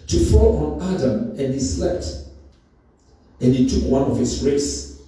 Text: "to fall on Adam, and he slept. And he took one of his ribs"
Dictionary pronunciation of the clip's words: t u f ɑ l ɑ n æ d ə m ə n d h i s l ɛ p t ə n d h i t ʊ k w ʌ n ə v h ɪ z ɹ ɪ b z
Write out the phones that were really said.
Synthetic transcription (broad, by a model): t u f ɑ l ɑ n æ d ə m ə n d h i s l ɛ p t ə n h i t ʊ k w ʌ n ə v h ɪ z ɹ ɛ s